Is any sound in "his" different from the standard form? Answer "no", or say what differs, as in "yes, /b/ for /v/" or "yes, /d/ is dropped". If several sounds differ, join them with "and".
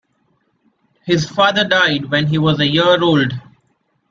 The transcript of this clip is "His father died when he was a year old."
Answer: no